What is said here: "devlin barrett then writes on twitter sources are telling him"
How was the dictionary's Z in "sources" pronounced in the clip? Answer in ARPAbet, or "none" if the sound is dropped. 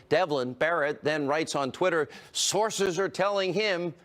Z